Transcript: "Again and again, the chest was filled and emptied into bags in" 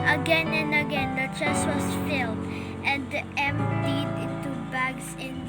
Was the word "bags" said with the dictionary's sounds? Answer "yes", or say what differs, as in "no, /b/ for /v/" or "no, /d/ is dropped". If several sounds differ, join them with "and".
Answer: no, /s/ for /z/